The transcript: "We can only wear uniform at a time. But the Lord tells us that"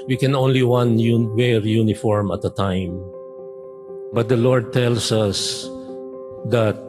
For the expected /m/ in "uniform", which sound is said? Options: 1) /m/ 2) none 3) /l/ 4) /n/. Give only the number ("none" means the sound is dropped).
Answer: 1